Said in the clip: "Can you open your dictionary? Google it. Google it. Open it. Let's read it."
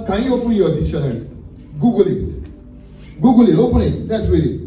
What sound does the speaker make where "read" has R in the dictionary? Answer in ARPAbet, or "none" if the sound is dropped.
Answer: W